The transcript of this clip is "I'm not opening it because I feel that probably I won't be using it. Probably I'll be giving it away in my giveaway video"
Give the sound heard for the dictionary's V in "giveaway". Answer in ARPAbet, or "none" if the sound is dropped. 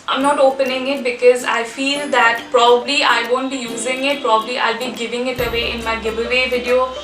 B